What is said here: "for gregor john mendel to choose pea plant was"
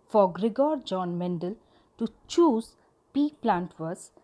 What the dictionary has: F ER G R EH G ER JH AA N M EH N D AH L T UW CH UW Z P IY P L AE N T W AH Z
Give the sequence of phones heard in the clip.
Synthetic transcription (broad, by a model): F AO G R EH G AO JH AA N M EH N D AH L T UW CH UW Z P IY P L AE N T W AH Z